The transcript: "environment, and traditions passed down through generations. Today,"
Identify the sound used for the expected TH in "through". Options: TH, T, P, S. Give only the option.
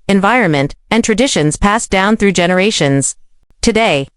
TH